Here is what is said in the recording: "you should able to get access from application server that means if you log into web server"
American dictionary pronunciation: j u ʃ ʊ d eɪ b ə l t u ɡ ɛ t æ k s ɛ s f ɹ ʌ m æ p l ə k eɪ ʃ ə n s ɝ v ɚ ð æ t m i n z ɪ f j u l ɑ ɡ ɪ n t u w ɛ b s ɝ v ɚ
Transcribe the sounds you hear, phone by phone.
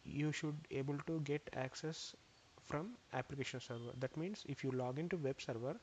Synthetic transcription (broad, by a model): j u ʃ ʊ d eɪ b ə l t u ɡ ɛ t æ k s ɛ s f ɹ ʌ m æ p l ə k eɪ ʃ ə n s ɝ v ɚ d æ t m i n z ɪ f j u l ɑ ɡ ɪ n t u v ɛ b s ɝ v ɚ